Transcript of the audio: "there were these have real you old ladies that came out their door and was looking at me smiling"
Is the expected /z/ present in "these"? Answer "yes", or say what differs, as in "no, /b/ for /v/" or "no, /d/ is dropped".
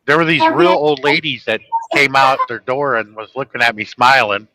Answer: yes